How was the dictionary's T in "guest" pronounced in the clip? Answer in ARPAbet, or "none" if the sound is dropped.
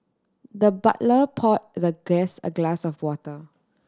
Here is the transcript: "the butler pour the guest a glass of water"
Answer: none